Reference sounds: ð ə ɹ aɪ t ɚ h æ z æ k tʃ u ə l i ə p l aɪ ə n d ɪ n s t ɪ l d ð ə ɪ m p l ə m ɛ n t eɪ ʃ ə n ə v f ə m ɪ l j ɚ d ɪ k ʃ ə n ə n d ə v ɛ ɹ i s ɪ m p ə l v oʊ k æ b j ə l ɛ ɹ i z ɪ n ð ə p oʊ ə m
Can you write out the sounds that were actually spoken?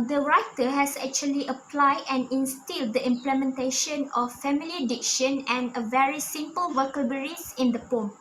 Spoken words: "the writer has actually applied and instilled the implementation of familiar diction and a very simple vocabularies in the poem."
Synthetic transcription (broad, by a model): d ə ɹ aɪ t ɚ h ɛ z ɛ k tʃ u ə l i ə p l aɪ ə n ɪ n s t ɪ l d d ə ɪ m p l ə m ɛ n t eɪ ʃ ə n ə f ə m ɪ l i d ɪ k ʃ ə n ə n ə v ɛ ɹ i s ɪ m p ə l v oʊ k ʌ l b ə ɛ ɹ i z ɪ n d ə p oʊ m